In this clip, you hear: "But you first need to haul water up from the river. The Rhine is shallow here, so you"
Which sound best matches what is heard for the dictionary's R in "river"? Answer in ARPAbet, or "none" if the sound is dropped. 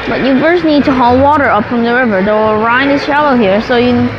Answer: R